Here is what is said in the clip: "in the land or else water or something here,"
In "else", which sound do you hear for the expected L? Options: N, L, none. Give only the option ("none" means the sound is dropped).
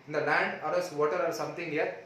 none